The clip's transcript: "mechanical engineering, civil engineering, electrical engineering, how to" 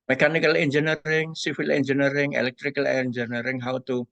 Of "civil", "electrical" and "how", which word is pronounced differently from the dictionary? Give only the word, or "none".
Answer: civil